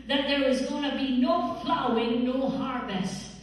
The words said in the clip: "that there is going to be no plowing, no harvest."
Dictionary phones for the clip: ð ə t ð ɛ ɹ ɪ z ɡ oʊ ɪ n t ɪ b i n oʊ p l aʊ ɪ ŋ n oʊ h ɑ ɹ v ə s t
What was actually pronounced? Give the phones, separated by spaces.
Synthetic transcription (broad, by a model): ð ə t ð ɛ ɹ ɪ z ɡ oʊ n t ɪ b i n oʊ f l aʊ ɪ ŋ n oʊ h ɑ ɹ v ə s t